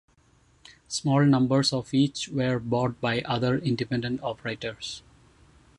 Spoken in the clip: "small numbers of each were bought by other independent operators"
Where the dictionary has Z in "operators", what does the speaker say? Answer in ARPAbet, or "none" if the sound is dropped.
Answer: S